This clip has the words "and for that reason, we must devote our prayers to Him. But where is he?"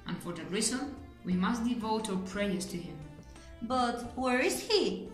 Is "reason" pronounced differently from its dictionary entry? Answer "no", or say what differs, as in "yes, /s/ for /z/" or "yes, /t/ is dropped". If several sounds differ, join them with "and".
yes, /l/ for /n/